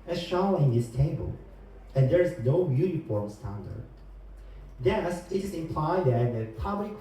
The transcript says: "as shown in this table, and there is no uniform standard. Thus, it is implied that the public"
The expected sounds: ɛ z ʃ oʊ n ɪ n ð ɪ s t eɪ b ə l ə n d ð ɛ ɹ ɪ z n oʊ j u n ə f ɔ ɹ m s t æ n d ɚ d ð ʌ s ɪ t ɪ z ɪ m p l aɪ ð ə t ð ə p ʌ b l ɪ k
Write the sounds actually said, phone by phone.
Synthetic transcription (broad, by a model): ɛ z ʃ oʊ l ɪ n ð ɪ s t eɪ b ə l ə n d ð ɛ ɹ ɪ z n oʊ j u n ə f ɔ ɹ m s t æ n d ɚ d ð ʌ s ɪ t ɪ z ɪ m p l aɪ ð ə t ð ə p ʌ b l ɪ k